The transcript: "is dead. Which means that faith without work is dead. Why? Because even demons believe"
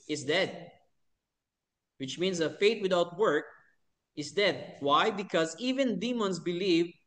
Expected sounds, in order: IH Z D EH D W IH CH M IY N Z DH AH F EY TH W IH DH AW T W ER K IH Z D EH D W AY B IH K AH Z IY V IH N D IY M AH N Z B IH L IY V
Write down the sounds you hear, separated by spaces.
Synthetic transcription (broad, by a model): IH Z D EH D W IH CH M IY N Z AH F EY T W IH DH AW T W ER K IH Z D EH D W AY B IH K AH Z IY V IH N D IY M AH N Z B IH L IY V